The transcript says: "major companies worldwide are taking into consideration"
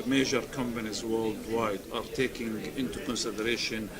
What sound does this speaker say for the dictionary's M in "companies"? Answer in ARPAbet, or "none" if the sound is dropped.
M